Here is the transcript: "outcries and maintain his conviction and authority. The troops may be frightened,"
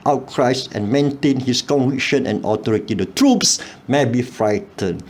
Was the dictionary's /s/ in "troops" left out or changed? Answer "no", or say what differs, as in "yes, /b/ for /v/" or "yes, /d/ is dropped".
no